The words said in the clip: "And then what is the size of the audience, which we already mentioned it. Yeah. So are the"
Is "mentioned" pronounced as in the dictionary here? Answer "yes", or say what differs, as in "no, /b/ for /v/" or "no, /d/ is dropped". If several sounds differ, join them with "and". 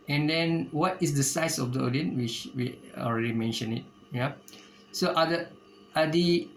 no, /d/ is dropped